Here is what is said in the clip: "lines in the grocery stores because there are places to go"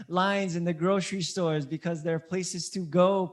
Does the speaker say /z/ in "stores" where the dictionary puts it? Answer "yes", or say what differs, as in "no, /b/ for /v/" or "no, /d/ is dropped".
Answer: yes